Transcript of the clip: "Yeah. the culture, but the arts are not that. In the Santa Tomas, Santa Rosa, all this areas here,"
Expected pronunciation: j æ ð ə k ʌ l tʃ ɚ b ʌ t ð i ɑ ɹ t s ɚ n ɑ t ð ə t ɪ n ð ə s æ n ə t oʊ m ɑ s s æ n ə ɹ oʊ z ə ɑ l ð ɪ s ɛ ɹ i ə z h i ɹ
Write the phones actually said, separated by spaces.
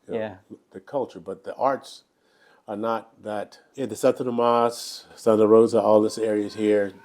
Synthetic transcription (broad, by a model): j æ ð ə k ʌ l tʃ ɚ b ʌ t ð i ɑ ɹ t s ɚ n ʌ t ð ə t ɪ n ð ə s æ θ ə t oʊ m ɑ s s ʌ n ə ɹ oʊ z ə ɑ l ð ɪ s ɛ ɹ i ə z h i ɹ